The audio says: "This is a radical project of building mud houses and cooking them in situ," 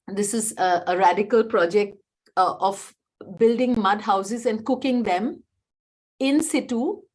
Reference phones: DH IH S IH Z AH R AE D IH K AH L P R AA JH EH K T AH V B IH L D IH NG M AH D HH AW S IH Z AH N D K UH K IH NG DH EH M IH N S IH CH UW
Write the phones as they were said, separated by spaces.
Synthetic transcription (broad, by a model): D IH S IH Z AH R AE D IH K AH L P R AA JH EH K T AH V B IH L D IH NG M AH D HH AW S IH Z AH N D K UH K IH NG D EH M IH N S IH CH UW